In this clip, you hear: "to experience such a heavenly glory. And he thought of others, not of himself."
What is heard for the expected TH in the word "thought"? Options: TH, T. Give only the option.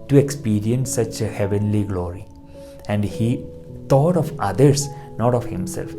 T